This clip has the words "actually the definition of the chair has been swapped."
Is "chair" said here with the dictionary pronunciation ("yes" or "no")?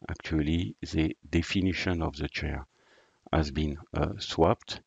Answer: yes